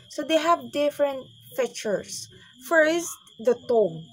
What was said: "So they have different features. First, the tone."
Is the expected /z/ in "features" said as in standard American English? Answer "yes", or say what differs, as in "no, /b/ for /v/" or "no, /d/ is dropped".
no, /s/ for /z/